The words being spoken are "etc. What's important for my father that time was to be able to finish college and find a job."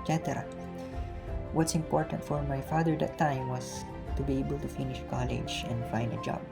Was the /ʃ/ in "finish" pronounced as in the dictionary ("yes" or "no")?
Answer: yes